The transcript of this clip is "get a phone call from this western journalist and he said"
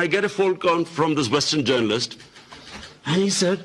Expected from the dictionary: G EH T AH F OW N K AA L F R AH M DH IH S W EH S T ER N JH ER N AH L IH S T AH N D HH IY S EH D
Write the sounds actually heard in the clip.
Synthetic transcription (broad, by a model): G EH T AH F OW L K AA N F R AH M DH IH S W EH S T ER N JH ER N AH L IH S T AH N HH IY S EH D